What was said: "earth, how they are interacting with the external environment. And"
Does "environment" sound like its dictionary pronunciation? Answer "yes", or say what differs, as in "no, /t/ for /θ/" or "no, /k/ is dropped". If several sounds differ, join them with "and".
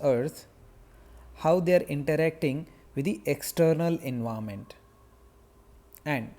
no, /ɹ/ is dropped and /n/ is dropped